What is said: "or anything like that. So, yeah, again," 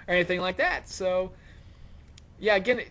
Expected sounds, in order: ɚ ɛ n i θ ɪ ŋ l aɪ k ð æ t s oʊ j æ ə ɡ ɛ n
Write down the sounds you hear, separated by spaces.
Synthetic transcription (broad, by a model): ɚ ɛ n i θ ɪ ŋ l aɪ k ð æ t s oʊ j æ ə ɡ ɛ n